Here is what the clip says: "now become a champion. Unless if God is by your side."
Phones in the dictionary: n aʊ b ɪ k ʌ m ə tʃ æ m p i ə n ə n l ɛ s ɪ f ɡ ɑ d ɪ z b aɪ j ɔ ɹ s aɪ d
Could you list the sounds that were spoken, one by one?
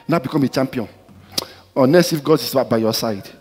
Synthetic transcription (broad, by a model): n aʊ b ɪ k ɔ m ə tʃ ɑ m p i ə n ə n ɛ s ɪ f ɡ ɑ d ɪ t b aɪ j ɔ s aɪ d